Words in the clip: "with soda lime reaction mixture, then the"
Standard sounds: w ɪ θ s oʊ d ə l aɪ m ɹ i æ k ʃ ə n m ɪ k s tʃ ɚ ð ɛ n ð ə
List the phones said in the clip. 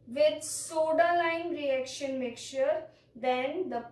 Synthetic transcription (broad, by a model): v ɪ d s oʊ d ə l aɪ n ɹ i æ k ʃ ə n m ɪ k tʃ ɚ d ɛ n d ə